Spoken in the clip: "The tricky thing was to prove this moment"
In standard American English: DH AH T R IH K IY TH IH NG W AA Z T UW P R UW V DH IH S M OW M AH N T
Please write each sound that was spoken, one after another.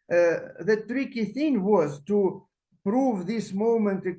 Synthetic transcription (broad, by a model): DH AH T R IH K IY TH IH NG W AA Z T UW P R UW V DH IH S M OW M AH N T